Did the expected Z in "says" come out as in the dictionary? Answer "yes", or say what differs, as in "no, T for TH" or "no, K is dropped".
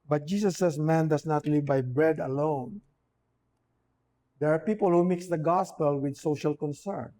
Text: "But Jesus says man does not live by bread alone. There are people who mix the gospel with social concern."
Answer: no, S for Z